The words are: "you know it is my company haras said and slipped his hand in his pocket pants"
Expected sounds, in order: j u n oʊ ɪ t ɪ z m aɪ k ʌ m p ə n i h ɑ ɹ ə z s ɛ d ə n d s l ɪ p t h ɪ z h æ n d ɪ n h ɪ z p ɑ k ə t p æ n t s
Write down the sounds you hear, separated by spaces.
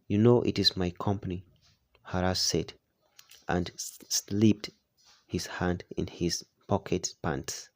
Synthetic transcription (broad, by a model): j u n oʊ ɪ t ɪ z m aɪ k ʌ m p ə n i h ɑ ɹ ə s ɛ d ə n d s l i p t h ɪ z h æ n d ɪ n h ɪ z p ɑ k ə t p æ n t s